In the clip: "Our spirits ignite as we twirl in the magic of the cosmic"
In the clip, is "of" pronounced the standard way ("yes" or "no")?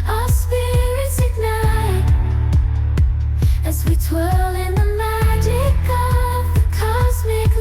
yes